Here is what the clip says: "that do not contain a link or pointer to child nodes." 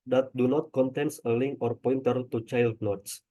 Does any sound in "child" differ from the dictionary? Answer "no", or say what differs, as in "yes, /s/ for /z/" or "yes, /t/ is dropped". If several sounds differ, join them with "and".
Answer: no